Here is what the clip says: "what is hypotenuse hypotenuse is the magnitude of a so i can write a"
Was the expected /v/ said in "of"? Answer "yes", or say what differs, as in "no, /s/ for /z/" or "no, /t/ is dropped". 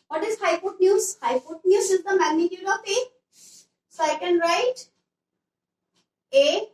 no, /p/ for /v/